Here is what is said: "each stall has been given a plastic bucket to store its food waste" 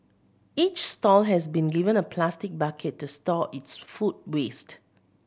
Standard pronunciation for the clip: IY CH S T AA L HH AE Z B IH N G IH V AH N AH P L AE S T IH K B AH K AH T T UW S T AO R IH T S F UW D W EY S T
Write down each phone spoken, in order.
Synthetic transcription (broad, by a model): IY CH S T AA L HH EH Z B IH N G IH V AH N AH P L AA S T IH K B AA K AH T T UW S T AO IH T S F UW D W EY S T